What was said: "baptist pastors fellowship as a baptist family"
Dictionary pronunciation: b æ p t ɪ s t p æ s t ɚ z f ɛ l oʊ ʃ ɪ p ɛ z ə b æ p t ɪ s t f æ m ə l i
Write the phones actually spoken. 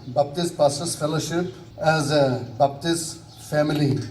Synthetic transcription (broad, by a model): b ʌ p t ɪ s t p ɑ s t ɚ s f ɛ l oʊ ʃ ɪ p ɛ z ə b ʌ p t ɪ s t f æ m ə l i